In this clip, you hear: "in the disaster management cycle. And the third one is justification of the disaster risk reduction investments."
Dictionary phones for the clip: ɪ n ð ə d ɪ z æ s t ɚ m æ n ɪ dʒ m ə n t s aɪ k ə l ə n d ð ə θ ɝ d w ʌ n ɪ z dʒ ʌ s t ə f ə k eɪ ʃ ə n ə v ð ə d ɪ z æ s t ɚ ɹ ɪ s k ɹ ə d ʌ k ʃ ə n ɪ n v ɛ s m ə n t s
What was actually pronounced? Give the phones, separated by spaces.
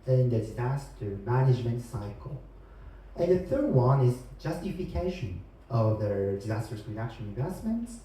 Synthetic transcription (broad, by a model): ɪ n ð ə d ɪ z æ s t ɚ m æ n ɪ dʒ m ə n t s aɪ k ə l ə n ð ə θ ɝ d w ʌ n ɪ z dʒ ʌ s t ə f ə k eɪ ʃ ə n ə v ð ə d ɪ z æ s t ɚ ɹ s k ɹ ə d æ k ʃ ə l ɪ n v ɛ s m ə n t s